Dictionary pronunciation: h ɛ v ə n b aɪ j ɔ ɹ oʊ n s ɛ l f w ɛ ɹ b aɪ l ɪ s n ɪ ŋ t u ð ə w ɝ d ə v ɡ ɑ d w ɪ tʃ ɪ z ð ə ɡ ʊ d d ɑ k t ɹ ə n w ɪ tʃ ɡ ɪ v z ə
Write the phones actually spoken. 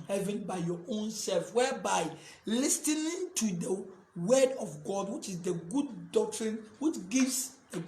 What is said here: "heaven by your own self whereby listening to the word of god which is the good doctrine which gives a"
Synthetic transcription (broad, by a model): h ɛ v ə n b aɪ j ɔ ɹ oʊ n s ɛ l f w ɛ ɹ b aɪ l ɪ s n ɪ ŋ t u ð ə w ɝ d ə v ɡ ɑ d w ɪ tʃ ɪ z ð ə ɡ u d d ɑ k t ɹ ə n w ɪ tʃ ɡ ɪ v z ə